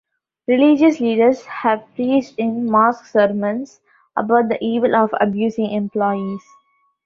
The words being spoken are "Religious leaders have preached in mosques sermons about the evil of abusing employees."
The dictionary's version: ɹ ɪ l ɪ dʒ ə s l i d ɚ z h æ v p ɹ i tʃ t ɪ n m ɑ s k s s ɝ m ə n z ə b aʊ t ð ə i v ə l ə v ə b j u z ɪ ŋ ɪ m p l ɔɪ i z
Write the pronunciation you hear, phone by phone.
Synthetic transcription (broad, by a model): ɹ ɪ l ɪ dʒ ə s l i d ɚ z h æ v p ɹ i s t ɪ n m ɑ s k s s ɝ m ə n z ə b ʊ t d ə i v ə l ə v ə b j u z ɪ ŋ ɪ m p l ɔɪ i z